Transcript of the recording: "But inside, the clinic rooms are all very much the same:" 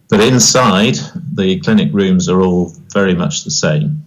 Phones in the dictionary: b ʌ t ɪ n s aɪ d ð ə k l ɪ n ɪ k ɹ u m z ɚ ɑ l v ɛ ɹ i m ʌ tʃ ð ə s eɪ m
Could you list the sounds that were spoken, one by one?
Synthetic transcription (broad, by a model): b ʌ t ɪ n s aɪ d ð ə k l ɪ n ɪ k ɹ u m z ɚ ɑ l v ɛ ɹ i m ʌ tʃ ð ə s eɪ m